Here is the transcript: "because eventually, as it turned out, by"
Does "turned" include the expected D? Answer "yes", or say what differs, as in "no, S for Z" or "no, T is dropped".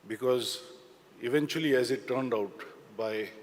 yes